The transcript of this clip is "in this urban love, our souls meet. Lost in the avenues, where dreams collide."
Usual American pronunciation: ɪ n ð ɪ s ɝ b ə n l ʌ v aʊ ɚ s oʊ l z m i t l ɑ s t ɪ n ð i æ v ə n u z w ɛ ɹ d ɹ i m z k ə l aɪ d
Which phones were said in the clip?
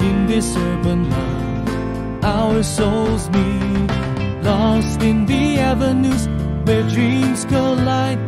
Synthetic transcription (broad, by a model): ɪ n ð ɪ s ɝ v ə n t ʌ aʊ ɚ s oʊ l z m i l ɑ s t ɪ n ð i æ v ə n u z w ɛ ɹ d ɹ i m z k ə l aɪ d